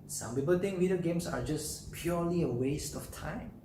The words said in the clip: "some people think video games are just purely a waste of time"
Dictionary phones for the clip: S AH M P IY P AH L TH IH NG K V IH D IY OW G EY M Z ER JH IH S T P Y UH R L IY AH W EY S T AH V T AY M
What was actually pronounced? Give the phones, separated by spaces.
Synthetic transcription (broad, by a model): S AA M P IY P AH L T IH NG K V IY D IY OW G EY M S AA JH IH S P Y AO L IY AH W EY S T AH F T AY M